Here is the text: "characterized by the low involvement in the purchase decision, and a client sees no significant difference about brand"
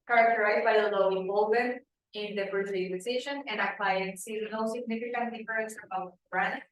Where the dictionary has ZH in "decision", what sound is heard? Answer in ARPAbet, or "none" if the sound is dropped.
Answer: SH